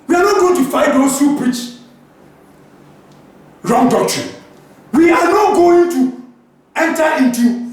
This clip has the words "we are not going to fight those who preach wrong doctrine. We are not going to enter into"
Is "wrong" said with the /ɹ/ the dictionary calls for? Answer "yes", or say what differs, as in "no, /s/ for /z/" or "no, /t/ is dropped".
yes